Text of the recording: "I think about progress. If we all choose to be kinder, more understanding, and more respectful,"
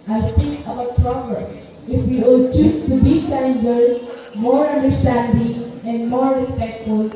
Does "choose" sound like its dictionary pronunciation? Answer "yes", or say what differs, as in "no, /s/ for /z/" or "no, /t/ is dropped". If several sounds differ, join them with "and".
no, /z/ is dropped